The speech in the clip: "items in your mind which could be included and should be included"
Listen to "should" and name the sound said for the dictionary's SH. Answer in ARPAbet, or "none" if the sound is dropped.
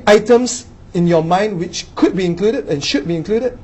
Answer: SH